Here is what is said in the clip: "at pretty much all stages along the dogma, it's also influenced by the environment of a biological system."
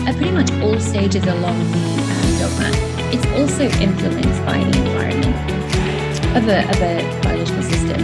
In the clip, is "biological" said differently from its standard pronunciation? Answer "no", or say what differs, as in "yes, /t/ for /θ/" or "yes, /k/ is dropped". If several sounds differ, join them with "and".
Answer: yes, /dʒ/ is dropped